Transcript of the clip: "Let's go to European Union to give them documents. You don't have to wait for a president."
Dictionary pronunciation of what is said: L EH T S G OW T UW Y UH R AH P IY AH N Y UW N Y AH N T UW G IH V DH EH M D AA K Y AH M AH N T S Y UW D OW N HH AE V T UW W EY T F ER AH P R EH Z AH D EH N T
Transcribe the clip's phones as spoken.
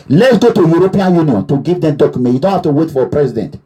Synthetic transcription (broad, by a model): L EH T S G OW T UW Y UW R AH P IY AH N Y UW N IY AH N T UW G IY V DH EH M D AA K Y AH M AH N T Y UW D OW N HH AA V T UW W EY T F AH P R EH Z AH D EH N T